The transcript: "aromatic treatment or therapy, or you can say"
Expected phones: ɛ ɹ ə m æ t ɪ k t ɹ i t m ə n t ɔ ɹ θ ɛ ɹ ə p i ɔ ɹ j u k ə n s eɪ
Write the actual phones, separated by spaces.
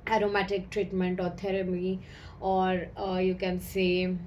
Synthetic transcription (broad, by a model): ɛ ɹ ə m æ t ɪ k t ɹ i t m ə n t ɔ ɹ t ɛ ɹ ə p i ɔ ɹ j u k ə n s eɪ